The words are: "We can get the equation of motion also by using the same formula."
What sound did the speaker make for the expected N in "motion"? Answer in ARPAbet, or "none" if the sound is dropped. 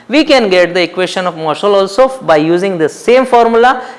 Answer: L